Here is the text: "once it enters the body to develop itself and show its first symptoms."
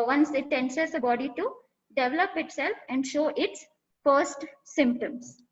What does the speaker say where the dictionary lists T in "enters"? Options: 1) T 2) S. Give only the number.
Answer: 2